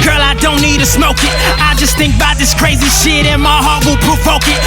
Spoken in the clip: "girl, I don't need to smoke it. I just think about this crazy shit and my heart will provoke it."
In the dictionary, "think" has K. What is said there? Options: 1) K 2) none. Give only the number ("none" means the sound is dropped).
1